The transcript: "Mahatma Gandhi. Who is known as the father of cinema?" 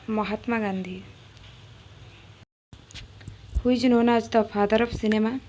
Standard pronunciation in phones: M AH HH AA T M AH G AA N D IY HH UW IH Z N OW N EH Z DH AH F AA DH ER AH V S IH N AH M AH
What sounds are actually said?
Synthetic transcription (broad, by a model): M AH HH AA T M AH G AA N D IY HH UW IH N OW N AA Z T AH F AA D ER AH P S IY N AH M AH